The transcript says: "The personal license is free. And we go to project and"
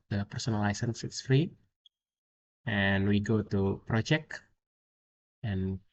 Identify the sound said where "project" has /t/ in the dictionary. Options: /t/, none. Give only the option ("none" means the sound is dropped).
none